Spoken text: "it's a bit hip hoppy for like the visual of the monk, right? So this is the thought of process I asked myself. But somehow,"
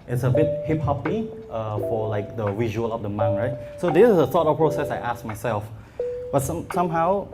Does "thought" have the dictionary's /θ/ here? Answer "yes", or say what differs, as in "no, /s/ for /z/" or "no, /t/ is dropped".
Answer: no, /s/ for /θ/